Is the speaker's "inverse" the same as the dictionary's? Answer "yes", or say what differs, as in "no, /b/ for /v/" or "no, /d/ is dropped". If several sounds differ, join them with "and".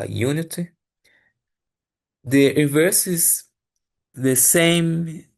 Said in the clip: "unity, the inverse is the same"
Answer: no, /n/ is dropped